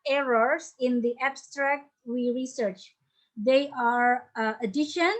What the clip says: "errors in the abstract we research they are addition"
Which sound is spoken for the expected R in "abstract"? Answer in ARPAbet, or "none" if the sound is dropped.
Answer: R